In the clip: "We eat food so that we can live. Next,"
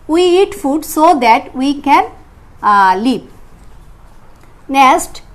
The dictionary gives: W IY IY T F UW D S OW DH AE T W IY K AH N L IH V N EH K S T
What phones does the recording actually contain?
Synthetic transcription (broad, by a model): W IY IY T F UW D S OW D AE T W IY K AH N L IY P N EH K S T